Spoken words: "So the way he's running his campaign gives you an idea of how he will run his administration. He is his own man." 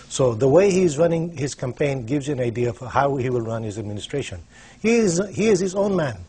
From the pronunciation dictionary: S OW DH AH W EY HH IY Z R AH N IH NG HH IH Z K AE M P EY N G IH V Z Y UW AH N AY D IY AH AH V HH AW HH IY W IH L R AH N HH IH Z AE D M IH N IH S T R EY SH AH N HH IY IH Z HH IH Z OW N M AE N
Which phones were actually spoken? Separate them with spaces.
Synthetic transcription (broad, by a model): S OW DH AH W EY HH IY Z R AH N IH NG HH IH Z K AE M P EY N G IH V Z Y AH N AY D IY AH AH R HH AW HH IY W IH L R AH N HH IH Z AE D M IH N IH S T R EY SH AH N HH IY IH Z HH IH Z OW N M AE N